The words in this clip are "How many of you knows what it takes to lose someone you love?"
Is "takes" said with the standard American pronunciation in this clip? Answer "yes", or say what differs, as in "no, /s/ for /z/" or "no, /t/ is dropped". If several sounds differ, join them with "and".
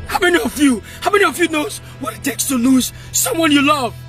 yes